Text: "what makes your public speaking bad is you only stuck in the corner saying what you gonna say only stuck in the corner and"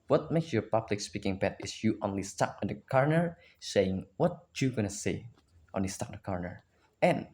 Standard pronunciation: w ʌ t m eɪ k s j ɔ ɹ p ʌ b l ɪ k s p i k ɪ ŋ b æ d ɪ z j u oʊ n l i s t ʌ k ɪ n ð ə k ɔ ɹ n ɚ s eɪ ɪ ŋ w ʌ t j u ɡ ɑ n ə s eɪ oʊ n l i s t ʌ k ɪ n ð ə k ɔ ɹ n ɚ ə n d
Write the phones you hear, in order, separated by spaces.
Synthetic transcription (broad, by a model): w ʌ t m eɪ k s j ɔ ɹ p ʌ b l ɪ k s p i k ɪ ŋ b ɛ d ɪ s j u oʊ n l i s t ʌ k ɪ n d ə k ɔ ɹ n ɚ s eɪ ɪ ŋ w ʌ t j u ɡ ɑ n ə s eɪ oʊ n l i s t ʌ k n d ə k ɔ ɹ n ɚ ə n